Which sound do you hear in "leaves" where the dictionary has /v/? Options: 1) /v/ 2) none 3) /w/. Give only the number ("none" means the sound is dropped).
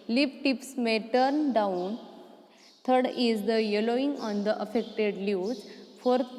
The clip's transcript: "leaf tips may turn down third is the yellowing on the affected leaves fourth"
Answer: 2